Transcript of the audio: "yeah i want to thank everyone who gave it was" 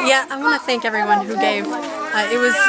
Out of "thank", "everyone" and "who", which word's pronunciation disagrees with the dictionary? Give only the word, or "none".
none